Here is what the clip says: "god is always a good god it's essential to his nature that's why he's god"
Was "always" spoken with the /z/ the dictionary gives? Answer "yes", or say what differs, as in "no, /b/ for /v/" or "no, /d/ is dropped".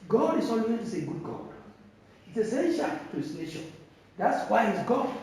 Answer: no, /s/ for /z/